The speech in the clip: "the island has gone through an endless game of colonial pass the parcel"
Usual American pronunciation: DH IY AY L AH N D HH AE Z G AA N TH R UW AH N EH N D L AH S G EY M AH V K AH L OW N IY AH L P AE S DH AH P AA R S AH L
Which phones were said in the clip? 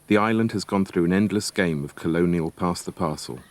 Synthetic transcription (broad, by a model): DH IY AY L AH N D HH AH Z G AA N TH R UW AH N EH N D L AH S G EY M AH V K AH L OW N IY AH L P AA S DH AH P AA S AH L